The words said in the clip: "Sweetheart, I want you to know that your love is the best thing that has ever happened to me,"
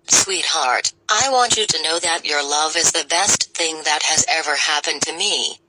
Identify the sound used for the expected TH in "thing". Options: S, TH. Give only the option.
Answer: TH